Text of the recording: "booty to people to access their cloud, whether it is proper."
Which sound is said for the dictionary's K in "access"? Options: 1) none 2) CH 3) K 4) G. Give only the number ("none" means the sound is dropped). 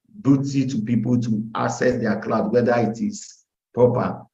1